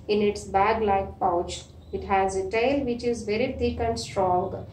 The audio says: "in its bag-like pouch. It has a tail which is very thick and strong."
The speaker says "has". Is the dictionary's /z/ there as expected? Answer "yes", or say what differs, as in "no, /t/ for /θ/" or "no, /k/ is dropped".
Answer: yes